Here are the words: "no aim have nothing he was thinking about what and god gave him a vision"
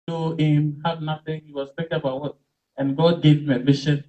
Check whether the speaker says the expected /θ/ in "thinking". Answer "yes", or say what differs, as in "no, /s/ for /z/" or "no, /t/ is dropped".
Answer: no, /t/ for /θ/